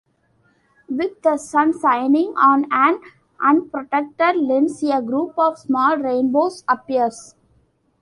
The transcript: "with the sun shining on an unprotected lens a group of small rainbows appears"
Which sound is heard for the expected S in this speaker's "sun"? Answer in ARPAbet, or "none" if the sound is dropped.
S